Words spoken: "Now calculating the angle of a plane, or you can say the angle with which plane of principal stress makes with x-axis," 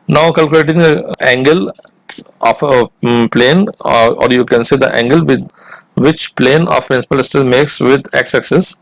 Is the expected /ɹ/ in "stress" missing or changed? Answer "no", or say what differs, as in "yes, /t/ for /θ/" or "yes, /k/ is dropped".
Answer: yes, /ɹ/ is dropped